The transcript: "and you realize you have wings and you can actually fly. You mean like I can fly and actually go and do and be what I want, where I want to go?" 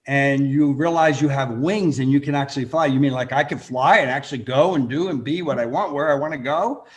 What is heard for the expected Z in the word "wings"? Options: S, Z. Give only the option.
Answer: Z